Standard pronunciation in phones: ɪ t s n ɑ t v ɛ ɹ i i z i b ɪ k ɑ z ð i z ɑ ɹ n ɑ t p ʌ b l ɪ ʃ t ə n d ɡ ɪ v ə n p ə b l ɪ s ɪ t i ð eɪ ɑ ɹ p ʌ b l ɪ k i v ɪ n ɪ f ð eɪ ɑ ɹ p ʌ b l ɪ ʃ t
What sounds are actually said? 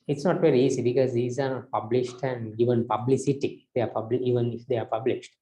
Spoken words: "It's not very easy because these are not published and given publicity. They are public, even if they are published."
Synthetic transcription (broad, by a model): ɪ t s n ɑ t v ɛ ɹ i i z i b ɪ k ɑ z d i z ɑ ɹ n ɑ t p ʌ b l ɪ ʃ t ə n d ɡ ɪ v ə n p ə b l ɪ s ɪ t i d eɪ ɑ ɹ p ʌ b l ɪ i v ɪ n ɪ f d eɪ ɑ ɹ p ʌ b l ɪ ʃ t